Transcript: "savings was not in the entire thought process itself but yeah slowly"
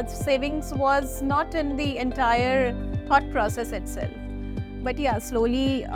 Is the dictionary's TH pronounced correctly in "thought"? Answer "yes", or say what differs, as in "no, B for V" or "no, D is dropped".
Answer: no, T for TH